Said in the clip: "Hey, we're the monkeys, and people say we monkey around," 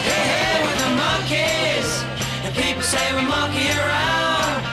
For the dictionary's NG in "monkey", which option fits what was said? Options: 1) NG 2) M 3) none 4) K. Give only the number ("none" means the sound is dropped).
3